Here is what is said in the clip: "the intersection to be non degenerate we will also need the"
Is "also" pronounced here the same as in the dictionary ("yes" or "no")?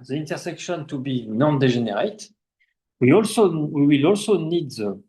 yes